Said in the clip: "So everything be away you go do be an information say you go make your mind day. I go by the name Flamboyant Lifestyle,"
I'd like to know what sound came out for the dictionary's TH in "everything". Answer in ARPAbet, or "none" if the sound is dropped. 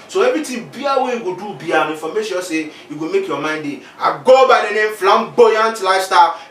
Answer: T